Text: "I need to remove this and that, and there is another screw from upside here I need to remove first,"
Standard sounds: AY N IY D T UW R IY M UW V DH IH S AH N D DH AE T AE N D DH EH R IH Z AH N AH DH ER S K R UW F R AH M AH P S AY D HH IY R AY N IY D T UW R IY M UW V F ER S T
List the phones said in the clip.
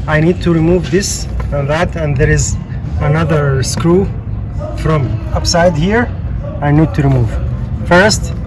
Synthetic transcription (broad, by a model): AY N IY D T UW R IY M UW V DH IH S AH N DH AE T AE N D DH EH R IH Z AH N AH DH ER S K R UW F R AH M AH P S AY D HH IY R AY N IY D T UW R IY M UW V F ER S T